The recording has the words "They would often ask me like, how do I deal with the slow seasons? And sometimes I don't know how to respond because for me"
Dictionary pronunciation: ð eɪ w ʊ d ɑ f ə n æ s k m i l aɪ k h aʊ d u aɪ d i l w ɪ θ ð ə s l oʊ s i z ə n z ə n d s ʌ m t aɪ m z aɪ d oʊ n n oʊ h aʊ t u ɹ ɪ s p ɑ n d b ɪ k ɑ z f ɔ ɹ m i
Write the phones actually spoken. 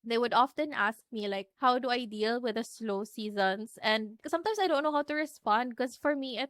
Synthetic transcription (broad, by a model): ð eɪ w ʊ d ɑ f ə n æ s k m i l aɪ k h aʊ d u aɪ d i l w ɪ ð ə s l oʊ s i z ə n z ə n d s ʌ m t aɪ m s aɪ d oʊ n n oʊ h aʊ t u ɹ ɪ s p ɑ n d k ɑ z f ɔ ɹ m i